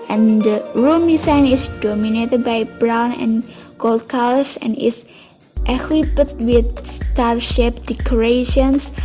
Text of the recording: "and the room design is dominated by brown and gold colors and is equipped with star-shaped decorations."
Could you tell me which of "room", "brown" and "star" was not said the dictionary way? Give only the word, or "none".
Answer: none